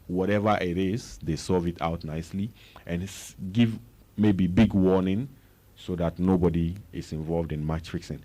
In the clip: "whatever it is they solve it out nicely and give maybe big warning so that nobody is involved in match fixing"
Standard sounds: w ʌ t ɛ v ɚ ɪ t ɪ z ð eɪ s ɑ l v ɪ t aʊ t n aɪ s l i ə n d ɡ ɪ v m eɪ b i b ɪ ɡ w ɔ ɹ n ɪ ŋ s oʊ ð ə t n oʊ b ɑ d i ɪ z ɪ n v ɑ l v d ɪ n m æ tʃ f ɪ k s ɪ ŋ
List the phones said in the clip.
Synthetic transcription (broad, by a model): w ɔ t ɛ v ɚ ɪ t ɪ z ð eɪ s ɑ v ɪ t aʊ t n aɪ s l i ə n ɡ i v m eɪ b i b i ɡ w ɔ n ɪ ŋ s oʊ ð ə t n oʊ b ɑ d i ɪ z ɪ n v ɑ l v d ɪ n m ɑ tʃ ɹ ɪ k s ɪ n